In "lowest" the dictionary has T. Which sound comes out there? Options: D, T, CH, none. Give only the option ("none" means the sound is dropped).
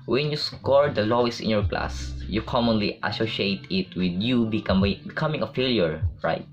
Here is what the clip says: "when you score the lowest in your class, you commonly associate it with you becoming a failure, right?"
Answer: none